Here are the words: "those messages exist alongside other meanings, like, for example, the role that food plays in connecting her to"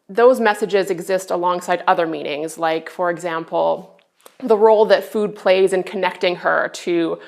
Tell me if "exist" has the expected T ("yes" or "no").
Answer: yes